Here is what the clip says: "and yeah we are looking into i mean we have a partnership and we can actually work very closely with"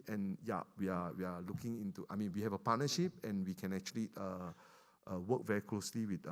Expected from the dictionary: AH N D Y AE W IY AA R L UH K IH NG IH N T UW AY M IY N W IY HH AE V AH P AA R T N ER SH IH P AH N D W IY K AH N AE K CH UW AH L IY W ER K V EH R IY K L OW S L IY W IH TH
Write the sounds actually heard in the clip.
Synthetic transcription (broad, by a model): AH N Y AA W IY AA W L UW K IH NG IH N T UW AY M IY N W IY HH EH V AH P AA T N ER SH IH P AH N W IY K AH N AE K CH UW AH L IY W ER K V EH R IY K L OW S L IY W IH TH